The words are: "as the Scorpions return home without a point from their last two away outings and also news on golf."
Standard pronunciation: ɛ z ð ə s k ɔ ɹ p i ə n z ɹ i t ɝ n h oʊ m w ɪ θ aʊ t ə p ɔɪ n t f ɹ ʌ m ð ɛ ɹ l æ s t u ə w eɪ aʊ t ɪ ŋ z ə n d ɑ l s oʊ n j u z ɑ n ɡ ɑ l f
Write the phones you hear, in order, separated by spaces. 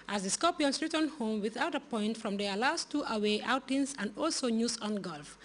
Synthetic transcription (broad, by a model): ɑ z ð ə s k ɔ p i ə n s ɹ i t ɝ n h oʊ m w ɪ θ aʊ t ə p ɔɪ n t f ɹ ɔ m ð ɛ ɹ l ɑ s t u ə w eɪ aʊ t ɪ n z ə n d ɑ l s oʊ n j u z ɑ n ɡ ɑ l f